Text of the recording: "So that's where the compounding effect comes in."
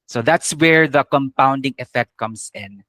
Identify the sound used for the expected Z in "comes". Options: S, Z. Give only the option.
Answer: S